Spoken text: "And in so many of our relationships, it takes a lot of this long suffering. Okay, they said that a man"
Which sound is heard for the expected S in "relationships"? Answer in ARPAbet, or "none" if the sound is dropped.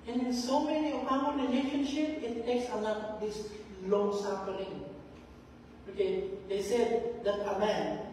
none